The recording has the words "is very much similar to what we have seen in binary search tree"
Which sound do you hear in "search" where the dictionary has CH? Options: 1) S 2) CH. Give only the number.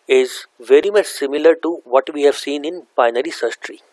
1